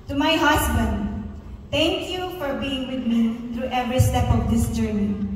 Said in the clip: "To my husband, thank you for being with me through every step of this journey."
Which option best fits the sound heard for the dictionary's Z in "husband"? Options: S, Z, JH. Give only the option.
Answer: S